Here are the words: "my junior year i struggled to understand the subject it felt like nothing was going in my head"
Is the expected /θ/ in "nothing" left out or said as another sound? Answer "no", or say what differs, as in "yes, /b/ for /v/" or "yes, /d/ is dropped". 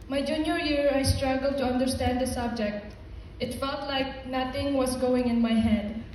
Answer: yes, /t/ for /θ/